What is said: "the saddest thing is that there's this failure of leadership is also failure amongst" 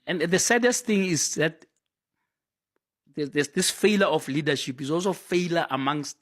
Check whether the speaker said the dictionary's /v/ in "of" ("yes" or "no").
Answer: no